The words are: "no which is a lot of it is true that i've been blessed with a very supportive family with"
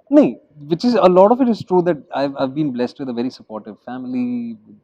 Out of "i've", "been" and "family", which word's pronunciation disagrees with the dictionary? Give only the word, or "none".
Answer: family